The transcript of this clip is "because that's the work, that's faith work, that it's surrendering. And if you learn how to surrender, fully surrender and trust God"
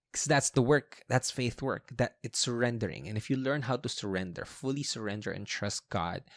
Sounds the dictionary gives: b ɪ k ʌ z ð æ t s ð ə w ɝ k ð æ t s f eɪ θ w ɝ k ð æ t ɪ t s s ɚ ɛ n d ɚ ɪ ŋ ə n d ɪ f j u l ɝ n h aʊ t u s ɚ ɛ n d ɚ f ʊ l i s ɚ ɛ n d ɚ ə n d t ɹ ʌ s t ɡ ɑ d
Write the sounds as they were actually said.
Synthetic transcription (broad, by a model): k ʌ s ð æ t s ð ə w ɝ k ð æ t s f eɪ θ w ɝ k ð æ t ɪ t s s ɚ ɛ n d ɚ ɪ ŋ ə n ɪ f j u l ɝ n h aʊ t u s ɚ ɛ n d ɚ f ʊ l i s ɚ ɛ n d ɚ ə n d t ɹ ʌ s t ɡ ɑ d